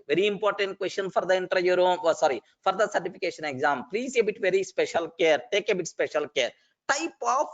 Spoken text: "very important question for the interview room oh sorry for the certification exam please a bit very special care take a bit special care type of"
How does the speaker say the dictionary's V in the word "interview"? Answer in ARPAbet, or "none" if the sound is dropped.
none